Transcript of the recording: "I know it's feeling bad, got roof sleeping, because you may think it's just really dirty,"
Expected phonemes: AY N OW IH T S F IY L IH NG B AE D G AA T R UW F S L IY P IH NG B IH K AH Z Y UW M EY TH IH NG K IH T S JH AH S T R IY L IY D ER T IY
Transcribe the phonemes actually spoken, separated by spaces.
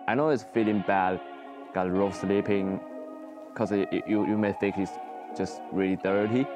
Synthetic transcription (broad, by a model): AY N OW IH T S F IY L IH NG B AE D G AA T R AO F S L IY P IH NG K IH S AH Y UW M EY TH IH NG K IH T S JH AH S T R IY L IY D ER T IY